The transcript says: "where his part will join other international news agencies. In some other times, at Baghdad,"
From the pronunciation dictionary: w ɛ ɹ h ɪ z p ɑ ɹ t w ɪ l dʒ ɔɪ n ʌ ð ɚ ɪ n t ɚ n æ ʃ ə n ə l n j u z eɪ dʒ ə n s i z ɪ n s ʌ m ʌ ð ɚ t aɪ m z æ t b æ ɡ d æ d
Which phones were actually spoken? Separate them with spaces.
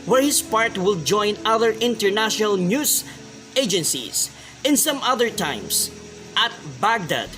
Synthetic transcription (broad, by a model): w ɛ ɹ h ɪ s p ɑ ɹ t w ɪ l dʒ ɔɪ n ʌ ð ɚ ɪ n t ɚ n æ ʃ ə n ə l n j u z eɪ dʒ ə n s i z ɪ n s ʌ m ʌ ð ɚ t aɪ m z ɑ t b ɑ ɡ d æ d